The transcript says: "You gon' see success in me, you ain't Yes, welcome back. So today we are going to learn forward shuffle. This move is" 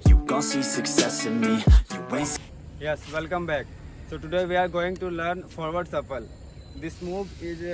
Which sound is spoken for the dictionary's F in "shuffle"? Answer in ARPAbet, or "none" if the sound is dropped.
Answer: P